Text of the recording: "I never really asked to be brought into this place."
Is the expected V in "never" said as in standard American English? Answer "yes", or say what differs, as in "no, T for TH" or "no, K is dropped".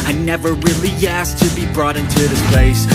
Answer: yes